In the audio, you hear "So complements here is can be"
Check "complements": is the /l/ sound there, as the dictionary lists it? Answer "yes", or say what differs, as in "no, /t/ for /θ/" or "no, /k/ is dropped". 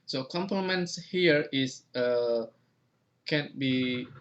no, /l/ is dropped